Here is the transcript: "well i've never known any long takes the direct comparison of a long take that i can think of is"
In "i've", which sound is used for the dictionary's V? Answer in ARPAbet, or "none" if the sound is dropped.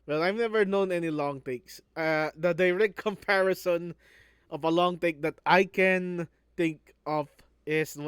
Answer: V